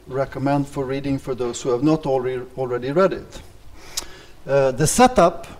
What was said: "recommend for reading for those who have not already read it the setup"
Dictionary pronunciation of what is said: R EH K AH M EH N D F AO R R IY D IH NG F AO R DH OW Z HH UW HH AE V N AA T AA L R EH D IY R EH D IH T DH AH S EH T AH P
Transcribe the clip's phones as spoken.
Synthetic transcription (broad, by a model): R EH K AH M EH N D F AO R R IY D IH NG F AO R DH OW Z HH UW HH AE V N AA T AA L R EH D IY R EH D IH T DH AH S EH T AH P